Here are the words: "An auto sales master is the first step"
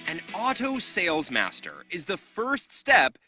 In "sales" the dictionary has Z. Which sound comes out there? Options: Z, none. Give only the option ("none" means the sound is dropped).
Z